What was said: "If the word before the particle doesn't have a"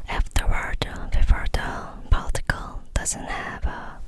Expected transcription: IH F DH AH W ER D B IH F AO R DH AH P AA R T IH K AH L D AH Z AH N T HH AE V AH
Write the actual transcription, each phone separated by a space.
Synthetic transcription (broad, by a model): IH F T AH W ER D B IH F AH R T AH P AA L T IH K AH L D AH Z AH N T HH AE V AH